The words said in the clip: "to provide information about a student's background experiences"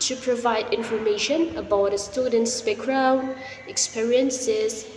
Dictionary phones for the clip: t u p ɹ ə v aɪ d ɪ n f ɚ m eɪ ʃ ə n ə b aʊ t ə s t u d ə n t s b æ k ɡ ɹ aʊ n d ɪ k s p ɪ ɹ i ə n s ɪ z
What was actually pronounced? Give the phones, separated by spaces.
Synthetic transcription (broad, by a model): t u p ɹ ə v aɪ d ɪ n f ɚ m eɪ ʃ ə n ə b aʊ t ə s t u d ə n t s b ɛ k ɹ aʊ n ɪ k s p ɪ ɹ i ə n s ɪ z